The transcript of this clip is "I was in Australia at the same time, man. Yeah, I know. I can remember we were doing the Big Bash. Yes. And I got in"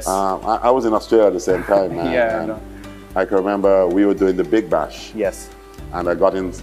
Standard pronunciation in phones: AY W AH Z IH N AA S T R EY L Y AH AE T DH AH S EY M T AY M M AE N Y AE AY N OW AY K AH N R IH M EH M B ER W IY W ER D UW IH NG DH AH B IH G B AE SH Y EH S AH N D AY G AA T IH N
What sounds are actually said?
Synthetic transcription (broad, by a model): AY W AH Z IH N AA S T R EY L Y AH T DH AH S EY M T AY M M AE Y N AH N AY K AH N R IH M EH M B ER W IY W ER D UW IH NG DH AH B IH G B AE SH Y EH S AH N AY G AA T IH N